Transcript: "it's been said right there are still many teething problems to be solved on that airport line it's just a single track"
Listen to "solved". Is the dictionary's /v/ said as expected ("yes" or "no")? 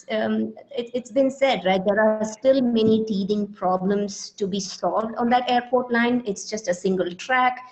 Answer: yes